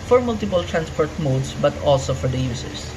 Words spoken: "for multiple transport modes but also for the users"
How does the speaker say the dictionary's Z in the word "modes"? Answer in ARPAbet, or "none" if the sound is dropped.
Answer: S